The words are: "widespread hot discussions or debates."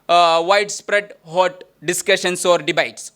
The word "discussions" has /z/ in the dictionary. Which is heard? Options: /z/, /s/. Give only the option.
/s/